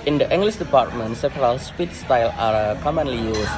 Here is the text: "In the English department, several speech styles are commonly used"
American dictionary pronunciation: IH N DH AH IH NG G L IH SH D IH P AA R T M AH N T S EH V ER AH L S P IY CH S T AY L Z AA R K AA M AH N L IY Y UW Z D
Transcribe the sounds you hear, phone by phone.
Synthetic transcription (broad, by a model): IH N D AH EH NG G L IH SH D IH P AA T M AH N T S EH P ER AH L S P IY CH S T AY L AA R K AA M AH N L IY Y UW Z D